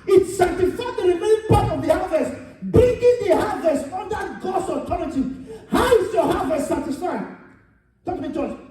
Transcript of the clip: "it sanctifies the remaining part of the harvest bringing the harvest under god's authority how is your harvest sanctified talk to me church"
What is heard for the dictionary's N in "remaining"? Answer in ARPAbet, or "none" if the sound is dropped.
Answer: none